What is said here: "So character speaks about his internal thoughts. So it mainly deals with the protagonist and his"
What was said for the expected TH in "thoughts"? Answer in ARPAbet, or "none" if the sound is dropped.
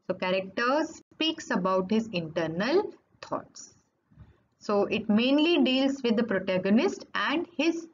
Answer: T